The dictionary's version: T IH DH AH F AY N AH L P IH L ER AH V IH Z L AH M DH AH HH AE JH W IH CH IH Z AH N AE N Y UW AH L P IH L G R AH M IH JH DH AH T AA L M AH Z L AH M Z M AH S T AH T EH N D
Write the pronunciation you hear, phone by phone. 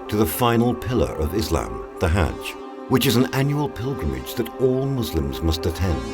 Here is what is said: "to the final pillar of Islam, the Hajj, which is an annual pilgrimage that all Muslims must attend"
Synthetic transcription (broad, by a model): T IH DH AH F AY N L P IH L ER AH V IH Z L AH M DH AH HH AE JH W IH CH IH Z N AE N Y UW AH L P IH L G R AH M IH JH DH AH T AA L M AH Z L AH M Z M AH S T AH T EH N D